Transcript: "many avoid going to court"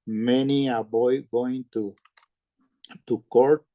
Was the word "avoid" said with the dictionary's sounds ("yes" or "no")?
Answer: no